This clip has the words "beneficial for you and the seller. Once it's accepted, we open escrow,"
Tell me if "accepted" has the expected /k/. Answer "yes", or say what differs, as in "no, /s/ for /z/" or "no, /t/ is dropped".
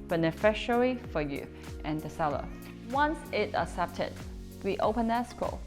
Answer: no, /k/ is dropped